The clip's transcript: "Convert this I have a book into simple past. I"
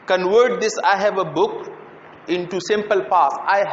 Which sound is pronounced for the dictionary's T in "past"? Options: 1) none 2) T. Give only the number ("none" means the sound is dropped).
1